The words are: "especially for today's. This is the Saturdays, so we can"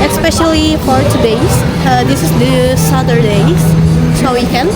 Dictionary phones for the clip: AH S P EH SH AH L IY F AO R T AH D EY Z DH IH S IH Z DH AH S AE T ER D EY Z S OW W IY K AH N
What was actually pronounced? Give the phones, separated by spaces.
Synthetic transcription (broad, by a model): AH S P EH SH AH L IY P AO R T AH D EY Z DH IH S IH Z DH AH S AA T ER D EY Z S OW W IY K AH N